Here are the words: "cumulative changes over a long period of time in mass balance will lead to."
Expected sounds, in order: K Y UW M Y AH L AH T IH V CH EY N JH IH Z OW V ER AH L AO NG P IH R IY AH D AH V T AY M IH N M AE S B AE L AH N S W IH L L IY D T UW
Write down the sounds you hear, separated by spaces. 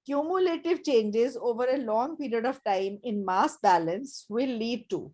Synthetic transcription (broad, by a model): K Y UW M Y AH L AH T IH V CH EY N JH IH Z OW V ER AH L AO NG P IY R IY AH D AH V T AY M IH N M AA S B AE L AH N S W IH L L IY D T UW